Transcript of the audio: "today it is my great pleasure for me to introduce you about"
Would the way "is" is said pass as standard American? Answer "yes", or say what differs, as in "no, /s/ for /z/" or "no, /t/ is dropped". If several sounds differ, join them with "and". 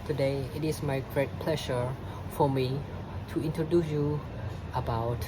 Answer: no, /s/ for /z/